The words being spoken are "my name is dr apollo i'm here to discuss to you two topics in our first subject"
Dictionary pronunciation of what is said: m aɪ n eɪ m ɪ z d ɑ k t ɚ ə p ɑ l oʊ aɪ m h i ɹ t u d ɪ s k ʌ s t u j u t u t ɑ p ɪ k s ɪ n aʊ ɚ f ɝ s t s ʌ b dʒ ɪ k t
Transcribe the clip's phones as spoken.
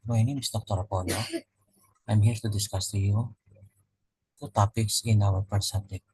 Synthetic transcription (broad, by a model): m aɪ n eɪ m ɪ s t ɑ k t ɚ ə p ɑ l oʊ aɪ m h i ɹ t u d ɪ s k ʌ s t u j u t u t ɑ p ɪ k s ɪ n aʊ ɚ p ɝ t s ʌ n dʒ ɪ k